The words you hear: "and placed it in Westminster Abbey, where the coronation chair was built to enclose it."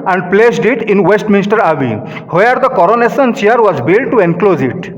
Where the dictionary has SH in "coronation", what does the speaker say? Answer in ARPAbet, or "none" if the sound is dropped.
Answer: S